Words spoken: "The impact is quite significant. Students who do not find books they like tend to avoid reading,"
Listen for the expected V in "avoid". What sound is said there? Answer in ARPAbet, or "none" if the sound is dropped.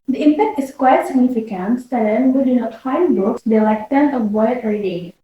B